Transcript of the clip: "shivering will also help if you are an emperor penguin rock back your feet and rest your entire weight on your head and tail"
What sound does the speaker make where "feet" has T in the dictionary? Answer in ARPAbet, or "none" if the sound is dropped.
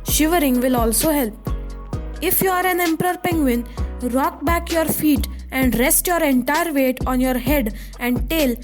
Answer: T